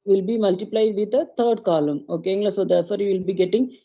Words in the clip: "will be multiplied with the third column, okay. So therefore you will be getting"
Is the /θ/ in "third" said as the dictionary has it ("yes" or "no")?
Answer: no